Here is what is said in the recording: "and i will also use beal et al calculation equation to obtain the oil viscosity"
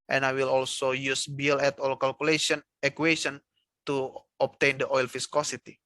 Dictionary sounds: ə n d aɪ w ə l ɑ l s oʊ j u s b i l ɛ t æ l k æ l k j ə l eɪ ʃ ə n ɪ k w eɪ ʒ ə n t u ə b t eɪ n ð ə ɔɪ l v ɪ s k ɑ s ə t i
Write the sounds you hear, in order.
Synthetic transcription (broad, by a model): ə n aɪ w ə l ɑ l s oʊ j u s b i l ɛ t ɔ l k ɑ l k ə l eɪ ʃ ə n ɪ k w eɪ s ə n t u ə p t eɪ n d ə ɔɪ l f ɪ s k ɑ s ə t i